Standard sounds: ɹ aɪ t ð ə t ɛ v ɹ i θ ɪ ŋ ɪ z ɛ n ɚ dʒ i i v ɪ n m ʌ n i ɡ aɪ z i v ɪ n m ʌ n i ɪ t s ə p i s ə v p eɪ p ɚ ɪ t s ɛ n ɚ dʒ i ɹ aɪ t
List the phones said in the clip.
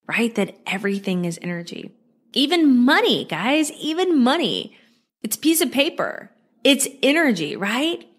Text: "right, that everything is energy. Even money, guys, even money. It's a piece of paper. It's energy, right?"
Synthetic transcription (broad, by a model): ɹ aɪ t ð ə t ɛ v ɹ i θ ɪ ŋ ɪ z ɛ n ɚ dʒ i i v ɪ n m ʌ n i ɡ aɪ z i v ɪ n m ʌ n i ɪ t s ə p i s ə v p eɪ p ɚ ɪ t s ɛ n ɚ dʒ i ɹ aɪ t